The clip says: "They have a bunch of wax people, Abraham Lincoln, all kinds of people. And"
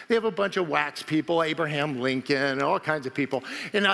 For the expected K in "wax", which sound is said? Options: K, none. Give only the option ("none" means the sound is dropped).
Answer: K